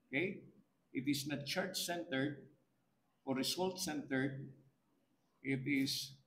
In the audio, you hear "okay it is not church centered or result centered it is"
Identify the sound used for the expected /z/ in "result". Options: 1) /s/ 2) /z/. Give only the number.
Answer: 1